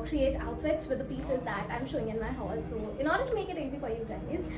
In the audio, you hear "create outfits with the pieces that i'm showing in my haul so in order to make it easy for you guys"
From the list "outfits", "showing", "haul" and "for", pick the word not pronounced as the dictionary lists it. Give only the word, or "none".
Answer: none